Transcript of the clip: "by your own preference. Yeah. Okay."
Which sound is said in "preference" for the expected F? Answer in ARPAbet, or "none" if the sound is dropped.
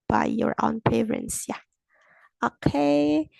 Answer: none